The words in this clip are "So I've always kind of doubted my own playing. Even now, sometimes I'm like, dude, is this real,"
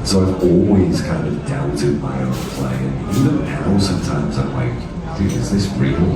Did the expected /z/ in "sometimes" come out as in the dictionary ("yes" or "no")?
yes